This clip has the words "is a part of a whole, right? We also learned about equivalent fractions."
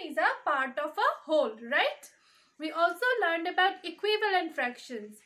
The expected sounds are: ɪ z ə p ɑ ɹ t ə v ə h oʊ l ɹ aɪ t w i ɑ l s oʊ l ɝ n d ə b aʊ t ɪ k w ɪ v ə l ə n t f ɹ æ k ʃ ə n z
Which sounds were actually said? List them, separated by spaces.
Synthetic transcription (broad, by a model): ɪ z ə p ɑ ɹ t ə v ə h oʊ l ɹ aɪ t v i ɑ l s oʊ l ɝ n d ə b aʊ t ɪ k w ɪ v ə l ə n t f ɹ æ k ʃ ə n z